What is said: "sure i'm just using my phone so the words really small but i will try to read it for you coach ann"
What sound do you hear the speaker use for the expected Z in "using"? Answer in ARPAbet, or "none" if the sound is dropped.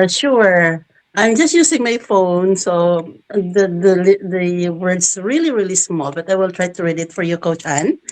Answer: S